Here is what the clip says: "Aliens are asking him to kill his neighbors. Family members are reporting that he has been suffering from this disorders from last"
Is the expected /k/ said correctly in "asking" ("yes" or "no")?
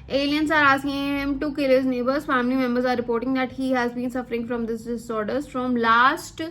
no